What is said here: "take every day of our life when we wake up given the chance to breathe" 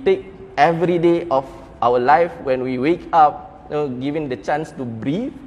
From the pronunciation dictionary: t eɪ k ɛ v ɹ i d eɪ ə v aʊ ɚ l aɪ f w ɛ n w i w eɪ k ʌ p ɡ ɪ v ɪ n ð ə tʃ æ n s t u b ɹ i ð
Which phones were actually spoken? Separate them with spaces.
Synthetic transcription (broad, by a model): t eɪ k ɛ v ɹ i d eɪ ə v aʊ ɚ l aɪ f w ɛ n w i w eɪ k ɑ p ɡ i v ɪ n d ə tʃ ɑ n s t u b ɹ i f